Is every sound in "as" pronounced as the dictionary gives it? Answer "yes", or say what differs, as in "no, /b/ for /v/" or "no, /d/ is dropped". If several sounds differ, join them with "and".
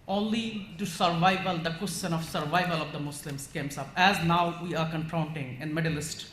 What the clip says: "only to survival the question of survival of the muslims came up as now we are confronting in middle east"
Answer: yes